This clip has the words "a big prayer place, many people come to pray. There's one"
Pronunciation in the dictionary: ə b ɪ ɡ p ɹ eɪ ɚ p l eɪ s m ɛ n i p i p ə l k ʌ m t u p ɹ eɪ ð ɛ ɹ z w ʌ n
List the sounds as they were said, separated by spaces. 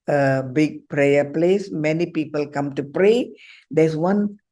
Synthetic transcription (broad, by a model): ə b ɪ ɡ p ɹ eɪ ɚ p l eɪ s m ɛ n i p i p ə l k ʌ m t u p ɹ eɪ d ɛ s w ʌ n